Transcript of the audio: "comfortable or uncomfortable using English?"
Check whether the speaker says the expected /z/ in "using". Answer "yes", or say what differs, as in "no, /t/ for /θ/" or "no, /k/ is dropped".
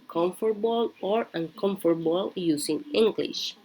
no, /s/ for /z/